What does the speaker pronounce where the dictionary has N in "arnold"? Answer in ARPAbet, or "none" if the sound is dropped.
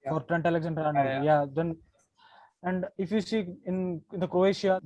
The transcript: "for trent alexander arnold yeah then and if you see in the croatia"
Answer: none